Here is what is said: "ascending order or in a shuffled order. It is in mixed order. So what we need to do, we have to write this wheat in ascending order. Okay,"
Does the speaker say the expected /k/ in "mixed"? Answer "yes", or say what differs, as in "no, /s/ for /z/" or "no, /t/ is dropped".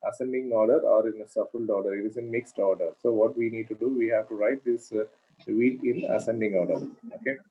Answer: yes